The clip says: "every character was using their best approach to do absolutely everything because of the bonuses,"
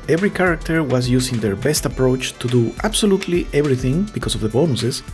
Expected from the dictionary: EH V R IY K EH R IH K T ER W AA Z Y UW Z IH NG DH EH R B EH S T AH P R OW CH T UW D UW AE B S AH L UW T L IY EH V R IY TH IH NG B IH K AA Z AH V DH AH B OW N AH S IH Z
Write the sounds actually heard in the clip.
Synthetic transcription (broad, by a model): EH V R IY K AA R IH K T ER W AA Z Y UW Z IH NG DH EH R B EH S T AH P R OW CH T UW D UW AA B S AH L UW T L IY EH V R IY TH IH NG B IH K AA S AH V DH AH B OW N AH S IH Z